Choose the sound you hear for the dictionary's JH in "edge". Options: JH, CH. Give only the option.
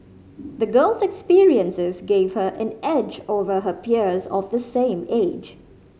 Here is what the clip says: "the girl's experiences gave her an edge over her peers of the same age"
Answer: JH